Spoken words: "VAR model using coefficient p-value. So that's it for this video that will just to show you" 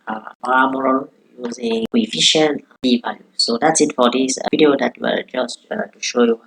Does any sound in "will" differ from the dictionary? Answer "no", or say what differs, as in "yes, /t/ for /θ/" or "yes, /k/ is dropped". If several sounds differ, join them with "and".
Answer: yes, /w/ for /l/